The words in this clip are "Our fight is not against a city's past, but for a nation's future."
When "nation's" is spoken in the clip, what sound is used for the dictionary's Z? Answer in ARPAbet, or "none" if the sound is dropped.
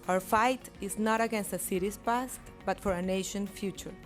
none